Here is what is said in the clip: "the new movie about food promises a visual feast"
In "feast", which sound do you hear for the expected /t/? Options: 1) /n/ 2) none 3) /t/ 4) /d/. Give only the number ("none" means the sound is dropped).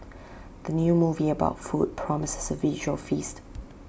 3